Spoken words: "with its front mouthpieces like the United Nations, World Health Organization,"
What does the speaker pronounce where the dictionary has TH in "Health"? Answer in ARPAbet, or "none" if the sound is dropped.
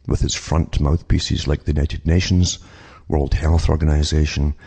TH